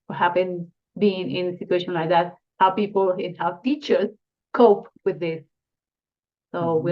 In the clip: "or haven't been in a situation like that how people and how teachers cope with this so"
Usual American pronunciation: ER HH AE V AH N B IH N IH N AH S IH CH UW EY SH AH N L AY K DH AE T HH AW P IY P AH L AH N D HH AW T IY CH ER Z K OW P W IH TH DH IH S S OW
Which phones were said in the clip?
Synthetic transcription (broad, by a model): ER HH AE P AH N B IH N IH N AH S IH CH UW EY SH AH N L AY K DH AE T HH AW P IY P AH L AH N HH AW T IY CH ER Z K OW P W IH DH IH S S OW